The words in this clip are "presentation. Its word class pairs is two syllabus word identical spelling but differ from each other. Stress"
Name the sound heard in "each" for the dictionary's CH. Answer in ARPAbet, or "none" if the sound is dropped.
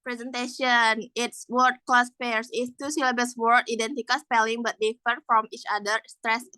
CH